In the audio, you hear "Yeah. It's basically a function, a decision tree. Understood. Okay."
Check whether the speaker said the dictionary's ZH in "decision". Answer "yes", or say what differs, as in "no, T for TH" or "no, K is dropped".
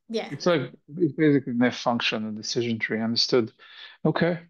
yes